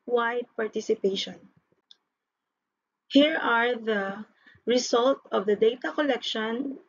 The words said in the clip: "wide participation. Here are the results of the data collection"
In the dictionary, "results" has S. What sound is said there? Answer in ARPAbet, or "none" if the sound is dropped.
none